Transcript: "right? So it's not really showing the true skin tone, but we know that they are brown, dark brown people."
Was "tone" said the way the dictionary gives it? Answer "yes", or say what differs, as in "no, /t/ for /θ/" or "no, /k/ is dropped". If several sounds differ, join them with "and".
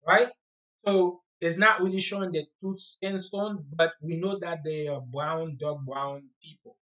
no, /s/ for /t/